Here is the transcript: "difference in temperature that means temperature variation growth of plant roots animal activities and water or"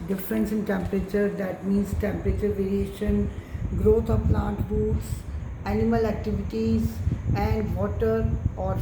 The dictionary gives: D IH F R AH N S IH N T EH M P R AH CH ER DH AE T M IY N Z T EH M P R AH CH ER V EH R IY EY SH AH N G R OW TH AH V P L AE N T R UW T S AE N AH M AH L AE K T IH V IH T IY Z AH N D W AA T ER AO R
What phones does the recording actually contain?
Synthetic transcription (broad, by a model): D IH F R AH N S IH N T EH M P R AH CH ER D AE T M IY N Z T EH M P R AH CH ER V EH R IY EY SH AH N G R OW T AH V P L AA N T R UW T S AE N AH M AH L AE K T IH V IH T IY Z AH N D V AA T ER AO R